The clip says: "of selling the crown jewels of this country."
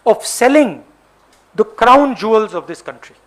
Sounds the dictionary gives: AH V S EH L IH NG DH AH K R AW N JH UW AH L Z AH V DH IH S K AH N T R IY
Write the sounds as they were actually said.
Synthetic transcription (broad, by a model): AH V S EH L IH NG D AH K R AW N JH UW AH L Z AH V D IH S K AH N T R IY